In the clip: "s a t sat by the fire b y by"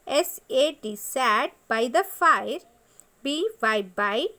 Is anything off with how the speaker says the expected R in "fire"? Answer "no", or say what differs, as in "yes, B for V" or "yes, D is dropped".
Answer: no